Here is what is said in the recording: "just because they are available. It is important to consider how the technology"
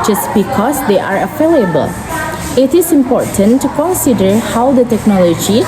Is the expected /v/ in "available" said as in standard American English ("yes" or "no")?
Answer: no